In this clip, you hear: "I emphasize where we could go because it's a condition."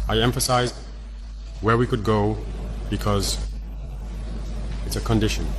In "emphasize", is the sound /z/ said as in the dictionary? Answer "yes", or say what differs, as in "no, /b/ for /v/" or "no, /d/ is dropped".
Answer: yes